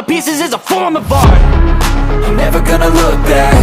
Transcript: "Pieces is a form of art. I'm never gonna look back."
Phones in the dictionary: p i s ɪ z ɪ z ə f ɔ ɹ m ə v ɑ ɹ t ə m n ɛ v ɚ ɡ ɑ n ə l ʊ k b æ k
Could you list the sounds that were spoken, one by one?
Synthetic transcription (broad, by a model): p i s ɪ z ɪ z ə f ɔ ɹ m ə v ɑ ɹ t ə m n ɛ v ɚ ɡ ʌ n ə l ʊ k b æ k